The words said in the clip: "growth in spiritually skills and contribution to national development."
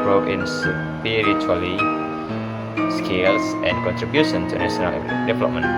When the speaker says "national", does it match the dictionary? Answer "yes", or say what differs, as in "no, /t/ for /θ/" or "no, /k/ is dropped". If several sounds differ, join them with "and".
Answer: no, /s/ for /ʃ/